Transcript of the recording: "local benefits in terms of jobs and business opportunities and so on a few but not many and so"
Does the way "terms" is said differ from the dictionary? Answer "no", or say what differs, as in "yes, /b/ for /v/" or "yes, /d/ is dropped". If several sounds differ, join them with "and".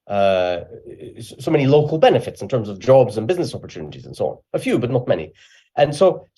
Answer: no